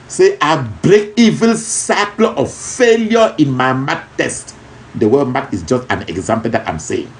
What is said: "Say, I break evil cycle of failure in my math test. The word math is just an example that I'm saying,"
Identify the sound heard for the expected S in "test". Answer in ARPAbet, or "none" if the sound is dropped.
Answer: S